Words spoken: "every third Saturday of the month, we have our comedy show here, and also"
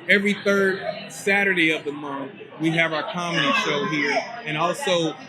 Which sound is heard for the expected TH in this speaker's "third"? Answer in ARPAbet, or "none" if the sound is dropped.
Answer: TH